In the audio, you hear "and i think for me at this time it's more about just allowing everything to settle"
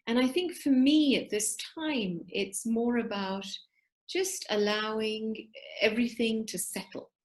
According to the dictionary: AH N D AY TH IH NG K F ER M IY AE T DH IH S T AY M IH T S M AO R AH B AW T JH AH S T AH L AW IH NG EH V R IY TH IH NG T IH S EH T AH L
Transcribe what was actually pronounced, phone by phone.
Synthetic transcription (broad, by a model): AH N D AY TH IH NG K F ER M IY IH T DH IH S T AY M IH T S M AO R AH B AW T JH AH S T AH L AW IH NG EH V R IY TH IH NG T IH S EH T L